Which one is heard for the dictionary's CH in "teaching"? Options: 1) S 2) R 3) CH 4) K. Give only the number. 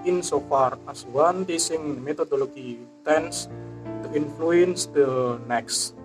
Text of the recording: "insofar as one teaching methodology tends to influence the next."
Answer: 1